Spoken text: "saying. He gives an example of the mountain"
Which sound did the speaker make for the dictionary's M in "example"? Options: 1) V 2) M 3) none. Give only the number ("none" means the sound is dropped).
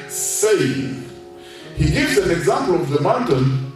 2